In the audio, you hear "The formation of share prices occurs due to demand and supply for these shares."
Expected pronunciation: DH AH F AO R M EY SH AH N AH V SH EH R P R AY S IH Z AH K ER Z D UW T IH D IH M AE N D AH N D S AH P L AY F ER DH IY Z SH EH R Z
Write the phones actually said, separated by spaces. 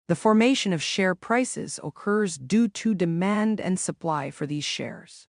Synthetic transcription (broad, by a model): DH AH F AO R M EY SH AH N AH V SH EH R P R AY S IH Z AH K ER Z D UW T IH D IH M AE N D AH N S AH P L AY F ER DH IY Z SH EH R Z